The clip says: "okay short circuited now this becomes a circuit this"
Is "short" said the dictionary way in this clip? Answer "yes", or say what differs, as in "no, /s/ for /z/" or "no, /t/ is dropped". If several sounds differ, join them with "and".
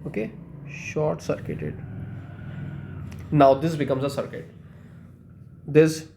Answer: yes